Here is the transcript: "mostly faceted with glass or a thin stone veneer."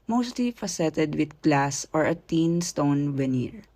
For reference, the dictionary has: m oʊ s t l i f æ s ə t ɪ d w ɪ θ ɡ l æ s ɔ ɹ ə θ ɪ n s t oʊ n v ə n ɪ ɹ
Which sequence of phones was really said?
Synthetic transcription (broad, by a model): m oʊ s t l i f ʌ s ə t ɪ d w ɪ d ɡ l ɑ s ɔ ɹ ə t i n s t oʊ n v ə n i ɹ